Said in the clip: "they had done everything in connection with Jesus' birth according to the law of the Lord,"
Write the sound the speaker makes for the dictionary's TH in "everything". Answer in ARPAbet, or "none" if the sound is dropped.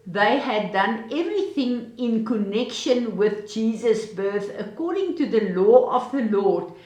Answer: TH